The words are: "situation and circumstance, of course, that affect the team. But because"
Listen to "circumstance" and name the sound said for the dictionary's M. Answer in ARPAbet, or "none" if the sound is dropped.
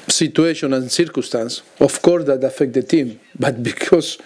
none